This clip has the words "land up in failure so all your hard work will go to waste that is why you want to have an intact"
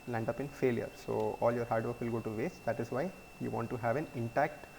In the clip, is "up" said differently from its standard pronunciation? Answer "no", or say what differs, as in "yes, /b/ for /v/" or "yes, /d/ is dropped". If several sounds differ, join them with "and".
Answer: no